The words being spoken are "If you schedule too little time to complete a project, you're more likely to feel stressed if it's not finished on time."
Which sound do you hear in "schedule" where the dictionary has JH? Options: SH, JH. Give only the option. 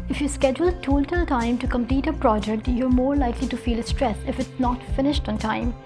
JH